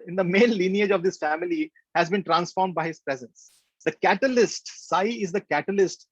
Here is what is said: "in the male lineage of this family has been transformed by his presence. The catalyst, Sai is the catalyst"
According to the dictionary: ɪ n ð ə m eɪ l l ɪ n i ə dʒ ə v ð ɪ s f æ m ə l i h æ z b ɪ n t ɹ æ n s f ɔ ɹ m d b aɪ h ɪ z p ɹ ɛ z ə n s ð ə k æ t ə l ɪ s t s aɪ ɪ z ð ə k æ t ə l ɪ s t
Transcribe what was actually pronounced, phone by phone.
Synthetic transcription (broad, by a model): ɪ n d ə m eɪ n l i n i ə dʒ ə v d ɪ s f æ m ə l i h æ z b ɪ n t ɹ æ n s f ɔ ɹ m d b aɪ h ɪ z p ɹ ɛ z ə n s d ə k æ t ə l ɪ s t s aɪ ɪ z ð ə k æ t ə l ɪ s t